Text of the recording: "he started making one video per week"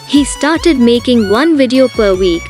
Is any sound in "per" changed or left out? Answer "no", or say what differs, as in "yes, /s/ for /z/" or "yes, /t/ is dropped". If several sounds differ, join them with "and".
no